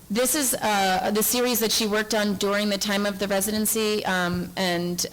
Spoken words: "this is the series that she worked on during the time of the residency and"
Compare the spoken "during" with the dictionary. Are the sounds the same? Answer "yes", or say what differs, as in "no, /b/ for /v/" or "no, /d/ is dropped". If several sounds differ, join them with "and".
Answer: yes